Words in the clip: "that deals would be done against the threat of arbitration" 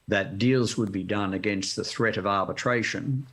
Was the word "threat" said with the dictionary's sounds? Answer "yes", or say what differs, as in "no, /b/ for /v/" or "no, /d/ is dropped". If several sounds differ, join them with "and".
yes